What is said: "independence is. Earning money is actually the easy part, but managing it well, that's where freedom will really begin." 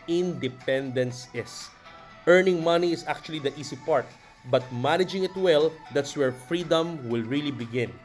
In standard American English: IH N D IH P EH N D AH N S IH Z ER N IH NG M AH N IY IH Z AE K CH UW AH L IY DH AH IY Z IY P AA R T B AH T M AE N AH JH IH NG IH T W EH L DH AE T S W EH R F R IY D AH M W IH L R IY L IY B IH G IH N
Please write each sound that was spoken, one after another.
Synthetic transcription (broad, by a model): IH N D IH P EH N D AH N S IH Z ER N IH NG M AH N IY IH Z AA K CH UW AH L IY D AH IY S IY P AA R T B AH T M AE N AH JH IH NG IH T W EH L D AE T S W EH R F R IY D AH M W IH L R IY L IY B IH G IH N